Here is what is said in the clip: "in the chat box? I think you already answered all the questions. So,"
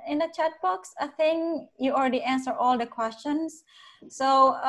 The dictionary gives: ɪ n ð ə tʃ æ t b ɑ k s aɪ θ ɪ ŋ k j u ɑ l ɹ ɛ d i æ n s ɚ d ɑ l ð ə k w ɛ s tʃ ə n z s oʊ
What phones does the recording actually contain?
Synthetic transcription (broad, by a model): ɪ n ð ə tʃ æ t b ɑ k s aɪ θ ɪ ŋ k j u ɑ l ɹ ɛ d i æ n s ɚ ɑ l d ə k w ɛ s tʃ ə n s s oʊ